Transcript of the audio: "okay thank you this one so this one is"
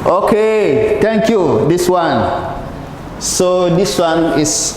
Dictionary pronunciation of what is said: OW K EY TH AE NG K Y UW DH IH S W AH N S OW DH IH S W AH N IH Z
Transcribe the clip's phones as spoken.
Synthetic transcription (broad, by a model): OW K EY T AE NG K Y UW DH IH S W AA N S OW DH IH S W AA N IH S